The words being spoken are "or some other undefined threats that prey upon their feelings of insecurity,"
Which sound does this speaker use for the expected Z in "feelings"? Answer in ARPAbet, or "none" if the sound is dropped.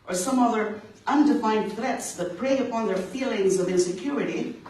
Z